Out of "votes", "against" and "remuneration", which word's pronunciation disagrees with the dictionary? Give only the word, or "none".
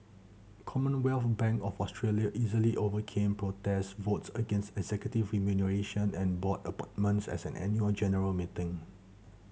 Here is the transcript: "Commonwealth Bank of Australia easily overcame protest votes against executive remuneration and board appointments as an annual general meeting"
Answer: none